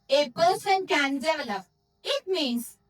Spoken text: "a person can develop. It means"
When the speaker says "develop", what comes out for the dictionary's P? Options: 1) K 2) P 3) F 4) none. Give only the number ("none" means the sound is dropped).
4